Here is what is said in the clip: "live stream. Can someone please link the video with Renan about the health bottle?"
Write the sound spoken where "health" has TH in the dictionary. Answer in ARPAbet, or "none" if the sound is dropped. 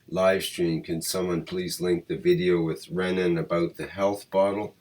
TH